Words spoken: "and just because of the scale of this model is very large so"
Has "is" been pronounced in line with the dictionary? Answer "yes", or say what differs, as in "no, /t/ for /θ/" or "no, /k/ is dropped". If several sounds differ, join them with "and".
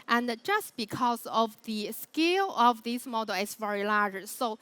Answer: no, /s/ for /z/